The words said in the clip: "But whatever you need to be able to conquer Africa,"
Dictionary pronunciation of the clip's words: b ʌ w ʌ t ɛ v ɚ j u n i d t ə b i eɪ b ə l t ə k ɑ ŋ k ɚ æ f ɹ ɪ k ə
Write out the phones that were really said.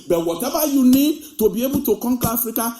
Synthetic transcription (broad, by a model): b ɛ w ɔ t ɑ b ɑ j u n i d t ə b i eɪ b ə t ə k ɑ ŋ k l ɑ f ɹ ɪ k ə